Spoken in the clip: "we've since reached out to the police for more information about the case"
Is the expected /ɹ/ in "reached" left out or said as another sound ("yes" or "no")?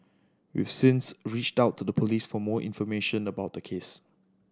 no